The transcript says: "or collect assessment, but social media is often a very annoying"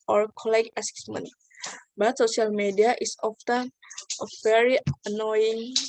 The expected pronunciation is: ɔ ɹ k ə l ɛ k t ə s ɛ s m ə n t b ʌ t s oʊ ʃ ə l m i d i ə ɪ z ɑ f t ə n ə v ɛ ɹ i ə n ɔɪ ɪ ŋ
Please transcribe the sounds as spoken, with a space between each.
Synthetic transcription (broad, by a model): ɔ ɹ k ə l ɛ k ə s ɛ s m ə n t b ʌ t s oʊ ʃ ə l m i d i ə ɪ s ɑ f t ə n ə v ɛ ɹ i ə n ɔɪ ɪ ŋ